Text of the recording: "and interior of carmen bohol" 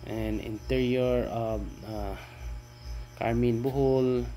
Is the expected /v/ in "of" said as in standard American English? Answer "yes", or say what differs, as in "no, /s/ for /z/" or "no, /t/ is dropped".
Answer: no, /b/ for /v/